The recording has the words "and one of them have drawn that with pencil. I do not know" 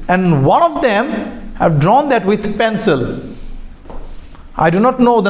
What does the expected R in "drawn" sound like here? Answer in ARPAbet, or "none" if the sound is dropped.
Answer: R